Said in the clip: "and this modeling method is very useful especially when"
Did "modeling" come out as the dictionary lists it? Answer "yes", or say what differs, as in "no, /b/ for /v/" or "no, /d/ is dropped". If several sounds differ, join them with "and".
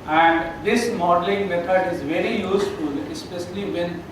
yes